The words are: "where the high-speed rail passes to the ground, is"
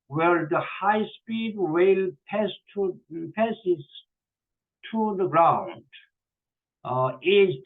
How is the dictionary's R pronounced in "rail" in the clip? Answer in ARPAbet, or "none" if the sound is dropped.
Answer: W